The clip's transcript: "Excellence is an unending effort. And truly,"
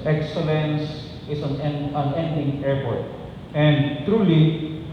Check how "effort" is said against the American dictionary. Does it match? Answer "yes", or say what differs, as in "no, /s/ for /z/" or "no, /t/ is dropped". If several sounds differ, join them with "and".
no, /p/ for /f/